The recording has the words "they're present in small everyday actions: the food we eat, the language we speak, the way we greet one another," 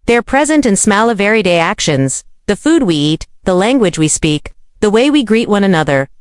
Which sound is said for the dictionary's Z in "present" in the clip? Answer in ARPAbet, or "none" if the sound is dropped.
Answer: Z